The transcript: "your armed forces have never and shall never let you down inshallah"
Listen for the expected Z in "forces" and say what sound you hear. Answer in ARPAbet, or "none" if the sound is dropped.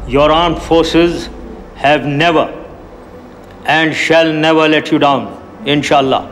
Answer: Z